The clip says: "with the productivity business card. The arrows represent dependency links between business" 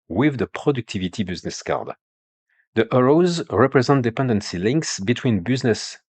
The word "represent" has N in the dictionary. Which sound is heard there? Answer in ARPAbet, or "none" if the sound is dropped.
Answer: N